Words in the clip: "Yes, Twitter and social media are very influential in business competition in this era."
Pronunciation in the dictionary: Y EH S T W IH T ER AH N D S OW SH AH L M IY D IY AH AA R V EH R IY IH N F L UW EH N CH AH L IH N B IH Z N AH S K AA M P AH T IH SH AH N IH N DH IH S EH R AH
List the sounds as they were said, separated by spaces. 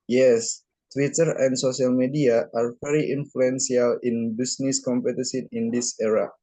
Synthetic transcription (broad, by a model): Y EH S T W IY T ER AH N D S OW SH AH L M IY D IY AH AA R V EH R IY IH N F L UW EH N S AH L IH N B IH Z N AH S K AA M P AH T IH S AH N IH N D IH S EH R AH